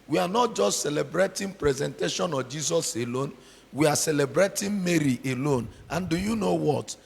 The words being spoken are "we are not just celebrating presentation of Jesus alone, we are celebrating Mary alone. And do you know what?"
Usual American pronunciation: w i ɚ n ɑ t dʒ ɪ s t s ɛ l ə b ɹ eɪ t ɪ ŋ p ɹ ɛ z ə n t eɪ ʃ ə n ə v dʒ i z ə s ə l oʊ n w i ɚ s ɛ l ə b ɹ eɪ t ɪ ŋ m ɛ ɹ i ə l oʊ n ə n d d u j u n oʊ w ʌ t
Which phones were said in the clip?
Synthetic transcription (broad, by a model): w i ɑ n ɑ t dʒ ɪ s t s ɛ l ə b ɹ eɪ t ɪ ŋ p ɹ ɛ z ə n t eɪ ʃ ə n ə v dʒ i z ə s ə l oʊ n w i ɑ s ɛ l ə b ɹ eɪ t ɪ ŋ m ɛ ɹ i ə l oʊ n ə n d d u j u n oʊ w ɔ t